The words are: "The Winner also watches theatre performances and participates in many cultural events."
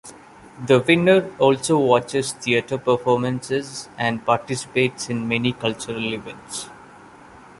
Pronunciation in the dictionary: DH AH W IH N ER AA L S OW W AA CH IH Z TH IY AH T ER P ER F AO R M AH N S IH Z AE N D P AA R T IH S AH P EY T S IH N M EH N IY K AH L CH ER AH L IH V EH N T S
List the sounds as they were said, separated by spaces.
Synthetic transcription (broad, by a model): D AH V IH N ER AA L S OW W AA CH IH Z T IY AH T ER P ER F AO R M AH N S IH Z AE N D P AA R T IH S AH P EY T S IH N M EH N IY K AH L CH ER AH L IH V EH N T S